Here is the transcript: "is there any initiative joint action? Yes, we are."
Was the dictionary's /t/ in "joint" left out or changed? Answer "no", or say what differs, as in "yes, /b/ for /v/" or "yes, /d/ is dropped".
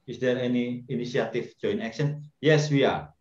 yes, /t/ is dropped